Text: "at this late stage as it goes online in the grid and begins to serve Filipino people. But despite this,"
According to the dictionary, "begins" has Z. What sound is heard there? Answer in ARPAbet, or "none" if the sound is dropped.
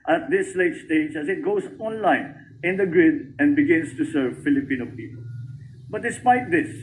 S